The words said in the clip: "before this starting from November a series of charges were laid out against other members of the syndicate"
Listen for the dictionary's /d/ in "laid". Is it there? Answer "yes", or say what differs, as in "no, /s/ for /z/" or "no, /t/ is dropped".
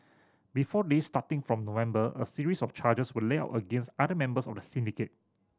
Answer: no, /d/ is dropped